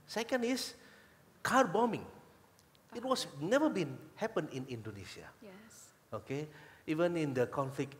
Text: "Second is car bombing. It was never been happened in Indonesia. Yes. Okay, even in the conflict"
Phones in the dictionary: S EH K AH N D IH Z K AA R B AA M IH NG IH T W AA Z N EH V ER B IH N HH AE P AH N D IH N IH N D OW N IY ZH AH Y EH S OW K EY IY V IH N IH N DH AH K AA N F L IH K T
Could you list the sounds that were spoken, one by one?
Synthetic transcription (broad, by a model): S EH K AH N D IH S K AA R B AA M IH NG IH T W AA S N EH V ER B IH N HH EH P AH N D IH N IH N D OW N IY S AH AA OW K EY IY V IH N IH N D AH K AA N F L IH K